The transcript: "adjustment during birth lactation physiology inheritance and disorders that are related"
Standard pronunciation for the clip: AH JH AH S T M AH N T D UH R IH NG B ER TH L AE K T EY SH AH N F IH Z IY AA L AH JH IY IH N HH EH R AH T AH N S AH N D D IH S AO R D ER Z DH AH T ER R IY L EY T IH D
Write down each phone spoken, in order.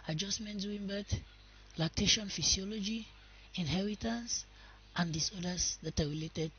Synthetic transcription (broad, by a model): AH JH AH S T M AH N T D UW W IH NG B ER T L AE K T EY SH AH N F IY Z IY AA L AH JH IY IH N HH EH R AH T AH N S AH N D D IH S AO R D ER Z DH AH T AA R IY L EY T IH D